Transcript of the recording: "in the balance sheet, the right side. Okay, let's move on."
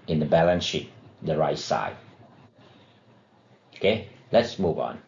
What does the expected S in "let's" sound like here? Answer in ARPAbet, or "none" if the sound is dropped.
S